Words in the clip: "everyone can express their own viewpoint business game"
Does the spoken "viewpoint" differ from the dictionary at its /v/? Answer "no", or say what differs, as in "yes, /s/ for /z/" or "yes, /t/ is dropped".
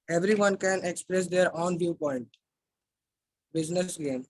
no